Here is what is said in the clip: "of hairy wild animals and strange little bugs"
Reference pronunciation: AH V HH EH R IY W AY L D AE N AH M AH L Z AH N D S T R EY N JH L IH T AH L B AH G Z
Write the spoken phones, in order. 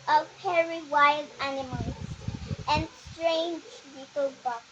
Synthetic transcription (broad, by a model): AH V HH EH R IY W AY L D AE N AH M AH L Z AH N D S T R EY N JH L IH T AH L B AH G